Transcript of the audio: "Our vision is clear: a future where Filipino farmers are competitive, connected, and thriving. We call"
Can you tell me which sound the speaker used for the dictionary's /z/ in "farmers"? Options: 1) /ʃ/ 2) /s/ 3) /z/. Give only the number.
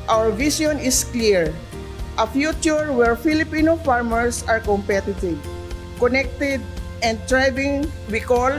2